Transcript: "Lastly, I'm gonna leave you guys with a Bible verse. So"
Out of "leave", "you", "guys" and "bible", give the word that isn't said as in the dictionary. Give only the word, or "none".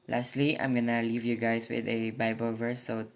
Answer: guys